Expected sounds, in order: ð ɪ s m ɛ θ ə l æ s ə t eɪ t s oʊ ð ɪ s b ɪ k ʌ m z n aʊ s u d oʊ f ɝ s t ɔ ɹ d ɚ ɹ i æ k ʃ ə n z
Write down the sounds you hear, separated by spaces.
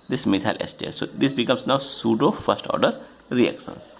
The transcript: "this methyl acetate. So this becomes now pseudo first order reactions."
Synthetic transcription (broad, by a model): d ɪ s m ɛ t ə l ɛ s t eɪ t s oʊ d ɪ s b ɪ k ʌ m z n aʊ s u d oʊ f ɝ s t ɔ ɹ d ɚ ɹ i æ k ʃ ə n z